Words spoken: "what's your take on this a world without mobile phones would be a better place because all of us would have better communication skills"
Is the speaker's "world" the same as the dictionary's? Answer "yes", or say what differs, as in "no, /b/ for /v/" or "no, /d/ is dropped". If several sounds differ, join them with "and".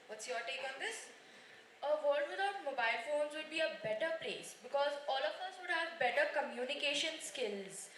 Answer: no, /l/ is dropped